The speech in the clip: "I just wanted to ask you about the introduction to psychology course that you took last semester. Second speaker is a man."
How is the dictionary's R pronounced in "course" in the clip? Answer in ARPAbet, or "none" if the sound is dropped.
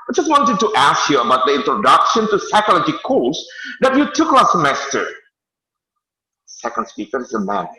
L